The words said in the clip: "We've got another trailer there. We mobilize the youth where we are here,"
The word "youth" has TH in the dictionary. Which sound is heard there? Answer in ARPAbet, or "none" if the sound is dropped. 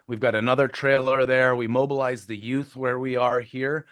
TH